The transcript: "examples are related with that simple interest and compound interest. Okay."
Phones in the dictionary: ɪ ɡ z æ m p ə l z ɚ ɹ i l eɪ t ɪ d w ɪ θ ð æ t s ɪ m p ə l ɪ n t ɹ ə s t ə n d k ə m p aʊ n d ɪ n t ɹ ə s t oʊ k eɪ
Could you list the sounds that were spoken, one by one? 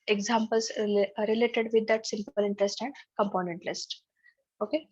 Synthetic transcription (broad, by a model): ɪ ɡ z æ m p ə l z ɹ i l eɪ t ɪ d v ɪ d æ t s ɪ m p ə l ɪ n t ɹ ə s t ə n d k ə m p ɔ n ɛ n t l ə s t oʊ k eɪ